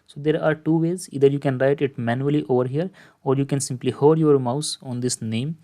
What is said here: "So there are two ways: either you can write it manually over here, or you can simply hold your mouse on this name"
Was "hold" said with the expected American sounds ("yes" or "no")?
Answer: no